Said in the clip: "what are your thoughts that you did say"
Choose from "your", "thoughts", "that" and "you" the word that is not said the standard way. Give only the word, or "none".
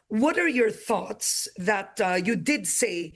none